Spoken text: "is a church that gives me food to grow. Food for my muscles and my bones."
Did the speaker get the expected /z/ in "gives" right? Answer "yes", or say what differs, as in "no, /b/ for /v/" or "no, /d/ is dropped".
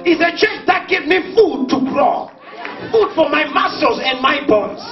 no, /z/ is dropped